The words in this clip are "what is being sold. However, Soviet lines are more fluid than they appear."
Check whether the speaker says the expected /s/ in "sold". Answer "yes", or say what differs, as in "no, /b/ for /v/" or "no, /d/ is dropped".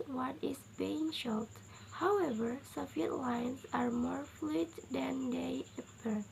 no, /ʃ/ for /s/